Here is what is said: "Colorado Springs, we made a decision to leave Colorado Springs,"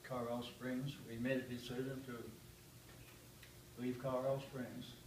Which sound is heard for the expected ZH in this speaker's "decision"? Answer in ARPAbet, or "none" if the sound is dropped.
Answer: Z